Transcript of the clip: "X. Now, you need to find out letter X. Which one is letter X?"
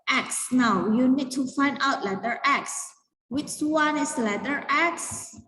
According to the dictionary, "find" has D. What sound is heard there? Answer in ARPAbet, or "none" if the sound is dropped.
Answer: D